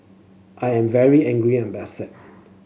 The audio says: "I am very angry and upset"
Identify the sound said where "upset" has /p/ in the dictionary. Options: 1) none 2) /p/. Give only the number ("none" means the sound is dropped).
1